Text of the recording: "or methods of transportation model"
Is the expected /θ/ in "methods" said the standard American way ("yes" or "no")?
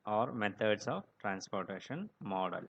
no